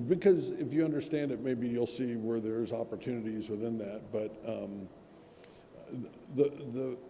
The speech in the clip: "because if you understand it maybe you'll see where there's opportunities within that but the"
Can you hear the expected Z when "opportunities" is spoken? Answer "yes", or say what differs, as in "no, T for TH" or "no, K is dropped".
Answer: yes